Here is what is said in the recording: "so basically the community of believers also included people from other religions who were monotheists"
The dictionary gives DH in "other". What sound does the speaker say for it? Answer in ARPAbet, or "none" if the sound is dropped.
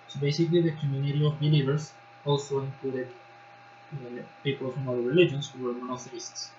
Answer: none